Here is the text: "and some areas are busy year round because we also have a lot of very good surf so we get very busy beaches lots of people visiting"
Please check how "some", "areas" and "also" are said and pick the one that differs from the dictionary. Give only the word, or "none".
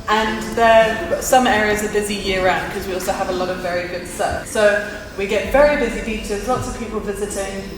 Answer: none